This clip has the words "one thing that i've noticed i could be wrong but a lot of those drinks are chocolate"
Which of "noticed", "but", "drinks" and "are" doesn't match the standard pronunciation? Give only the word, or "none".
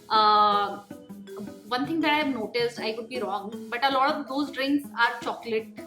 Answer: none